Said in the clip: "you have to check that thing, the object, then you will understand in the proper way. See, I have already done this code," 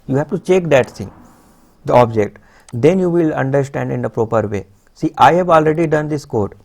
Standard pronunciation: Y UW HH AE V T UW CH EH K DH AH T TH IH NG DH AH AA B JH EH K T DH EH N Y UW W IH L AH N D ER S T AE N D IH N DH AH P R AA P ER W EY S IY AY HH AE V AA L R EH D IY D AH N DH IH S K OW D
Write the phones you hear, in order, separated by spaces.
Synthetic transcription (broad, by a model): Y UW HH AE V T UW CH EH K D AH T S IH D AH AA B JH EH K T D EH N Y UW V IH L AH N D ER S T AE N D IH N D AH P R AA P ER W EY S IY AY HH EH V AA L R EH D IY D AH N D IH S K OW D